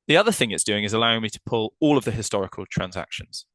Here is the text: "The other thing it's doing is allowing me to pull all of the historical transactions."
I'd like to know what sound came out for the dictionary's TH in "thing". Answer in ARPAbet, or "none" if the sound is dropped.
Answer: TH